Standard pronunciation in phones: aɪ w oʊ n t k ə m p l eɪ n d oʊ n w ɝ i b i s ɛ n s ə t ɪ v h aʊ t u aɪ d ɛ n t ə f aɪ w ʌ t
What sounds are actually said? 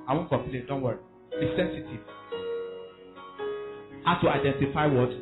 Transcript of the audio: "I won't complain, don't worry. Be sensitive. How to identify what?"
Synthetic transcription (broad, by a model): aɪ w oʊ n k ə m p l eɪ n d oʊ n w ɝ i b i s ɛ n s ə t ɪ v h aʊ t u aɪ d ɛ n t ə f aɪ w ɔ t